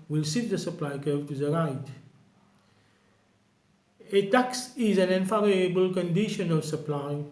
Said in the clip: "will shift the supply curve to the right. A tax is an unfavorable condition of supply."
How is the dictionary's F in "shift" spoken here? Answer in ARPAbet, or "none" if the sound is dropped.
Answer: none